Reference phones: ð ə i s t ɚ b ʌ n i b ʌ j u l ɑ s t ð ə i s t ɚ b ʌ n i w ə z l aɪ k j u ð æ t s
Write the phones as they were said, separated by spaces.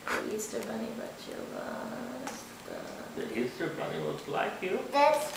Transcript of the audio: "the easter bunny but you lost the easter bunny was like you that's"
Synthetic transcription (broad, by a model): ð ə i s t ɚ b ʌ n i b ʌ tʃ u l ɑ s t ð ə i s t ɚ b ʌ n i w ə s l aɪ k j u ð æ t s